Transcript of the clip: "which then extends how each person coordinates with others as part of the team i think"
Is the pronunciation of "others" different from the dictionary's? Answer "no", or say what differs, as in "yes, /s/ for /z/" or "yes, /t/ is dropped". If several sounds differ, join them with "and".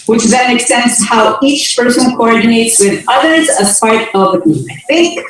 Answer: no